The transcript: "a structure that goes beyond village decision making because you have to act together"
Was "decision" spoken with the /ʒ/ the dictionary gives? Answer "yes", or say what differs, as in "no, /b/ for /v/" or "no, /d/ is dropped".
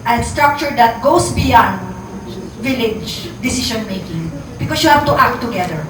no, /ʃ/ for /ʒ/